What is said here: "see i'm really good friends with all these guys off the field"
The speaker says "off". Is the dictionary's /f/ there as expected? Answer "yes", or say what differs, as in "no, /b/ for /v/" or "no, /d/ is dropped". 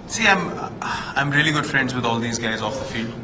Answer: yes